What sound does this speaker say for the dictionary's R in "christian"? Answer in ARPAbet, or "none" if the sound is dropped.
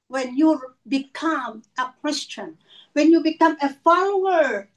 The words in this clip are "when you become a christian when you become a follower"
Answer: W